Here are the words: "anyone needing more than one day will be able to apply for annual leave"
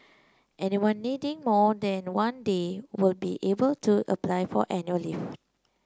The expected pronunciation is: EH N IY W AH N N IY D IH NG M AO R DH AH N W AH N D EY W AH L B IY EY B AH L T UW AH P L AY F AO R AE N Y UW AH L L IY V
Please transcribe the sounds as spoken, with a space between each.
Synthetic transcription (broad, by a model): EH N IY W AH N N IY D IH NG M AO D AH N W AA N D EY W AH L B IY EY B AH L T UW AH P L AY F AO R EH N Y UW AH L L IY F